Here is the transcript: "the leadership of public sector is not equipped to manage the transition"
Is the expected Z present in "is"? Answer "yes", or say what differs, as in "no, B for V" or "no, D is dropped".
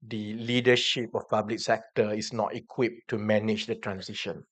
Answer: no, S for Z